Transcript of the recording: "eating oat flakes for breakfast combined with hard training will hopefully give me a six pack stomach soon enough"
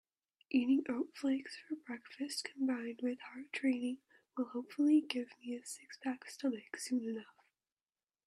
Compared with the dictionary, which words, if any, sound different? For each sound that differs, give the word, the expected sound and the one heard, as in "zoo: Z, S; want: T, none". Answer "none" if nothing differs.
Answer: pack: P, B